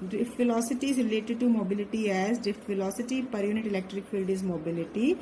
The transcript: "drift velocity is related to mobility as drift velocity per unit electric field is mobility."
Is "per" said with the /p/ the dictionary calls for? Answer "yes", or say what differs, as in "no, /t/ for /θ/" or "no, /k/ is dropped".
yes